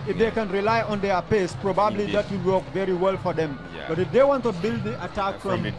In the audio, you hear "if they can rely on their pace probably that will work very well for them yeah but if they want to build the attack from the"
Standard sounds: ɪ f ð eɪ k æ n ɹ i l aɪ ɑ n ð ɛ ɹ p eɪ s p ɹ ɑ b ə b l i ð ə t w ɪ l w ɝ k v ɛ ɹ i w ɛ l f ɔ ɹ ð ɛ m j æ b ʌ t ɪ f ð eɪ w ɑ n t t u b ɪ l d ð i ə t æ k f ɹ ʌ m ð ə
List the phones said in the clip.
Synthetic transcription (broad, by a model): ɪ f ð eɪ k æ n ɹ i l aɪ ɑ n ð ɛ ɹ p eɪ s p ɹ ɑ b ə b l i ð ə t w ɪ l w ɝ k v ɛ ɹ i w ɛ l f ɔ ɹ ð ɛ m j b ʌ t ɪ f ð eɪ w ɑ n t t u b ɪ l d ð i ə t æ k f ɹ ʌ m